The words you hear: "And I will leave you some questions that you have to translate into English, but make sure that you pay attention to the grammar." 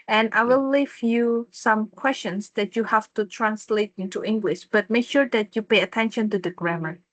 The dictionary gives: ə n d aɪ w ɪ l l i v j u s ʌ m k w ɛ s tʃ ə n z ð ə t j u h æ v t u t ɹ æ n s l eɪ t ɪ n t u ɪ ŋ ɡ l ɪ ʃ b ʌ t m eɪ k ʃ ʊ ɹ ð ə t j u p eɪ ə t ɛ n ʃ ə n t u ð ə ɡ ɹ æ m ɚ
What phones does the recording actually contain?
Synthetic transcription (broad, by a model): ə n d aɪ w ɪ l l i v j u s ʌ m k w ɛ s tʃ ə n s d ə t j u h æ f t u t ɹ æ n s l eɪ t ɪ n t u ɪ ŋ ɡ l ɪ ʃ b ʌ t m eɪ k ʃ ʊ ɹ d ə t j u p eɪ ə t ɛ n ʃ ə n t u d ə ɡ ɹ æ m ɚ